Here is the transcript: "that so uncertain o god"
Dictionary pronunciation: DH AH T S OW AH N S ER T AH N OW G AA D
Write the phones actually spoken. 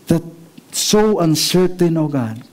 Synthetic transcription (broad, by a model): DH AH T S OW AH N S ER T AH N OW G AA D